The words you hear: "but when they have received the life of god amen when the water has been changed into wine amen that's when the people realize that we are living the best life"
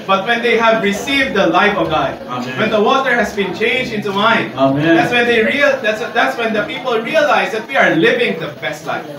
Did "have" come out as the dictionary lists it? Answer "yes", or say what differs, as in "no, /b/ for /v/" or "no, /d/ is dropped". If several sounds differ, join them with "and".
yes